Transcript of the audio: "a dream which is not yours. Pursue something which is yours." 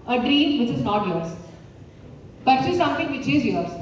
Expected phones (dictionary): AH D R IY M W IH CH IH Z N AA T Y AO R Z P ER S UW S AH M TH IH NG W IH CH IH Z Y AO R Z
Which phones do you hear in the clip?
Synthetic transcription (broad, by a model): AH D R IY M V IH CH IH Z N AA T Y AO R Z B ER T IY S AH M T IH NG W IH CH IH Z Y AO R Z